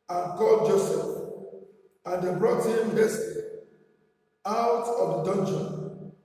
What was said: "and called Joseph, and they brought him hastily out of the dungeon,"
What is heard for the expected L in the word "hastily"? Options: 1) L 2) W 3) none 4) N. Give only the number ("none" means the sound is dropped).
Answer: 3